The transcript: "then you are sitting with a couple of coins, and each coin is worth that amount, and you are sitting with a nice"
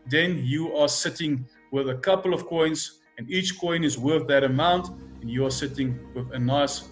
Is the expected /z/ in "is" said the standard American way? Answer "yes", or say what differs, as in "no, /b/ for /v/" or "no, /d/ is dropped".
yes